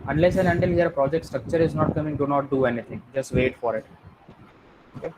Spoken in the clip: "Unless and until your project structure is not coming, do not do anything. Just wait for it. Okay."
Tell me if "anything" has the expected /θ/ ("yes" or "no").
no